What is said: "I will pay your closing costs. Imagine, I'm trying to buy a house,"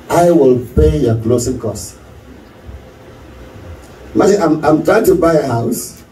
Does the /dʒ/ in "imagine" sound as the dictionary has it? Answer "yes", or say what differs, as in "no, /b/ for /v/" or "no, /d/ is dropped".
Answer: no, /dʒ/ is dropped